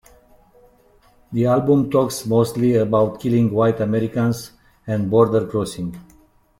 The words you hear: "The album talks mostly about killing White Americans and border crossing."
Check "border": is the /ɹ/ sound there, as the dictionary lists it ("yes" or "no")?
yes